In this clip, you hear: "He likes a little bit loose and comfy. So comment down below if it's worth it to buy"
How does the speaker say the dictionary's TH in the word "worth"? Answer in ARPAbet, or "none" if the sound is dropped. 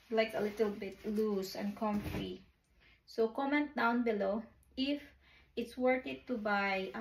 T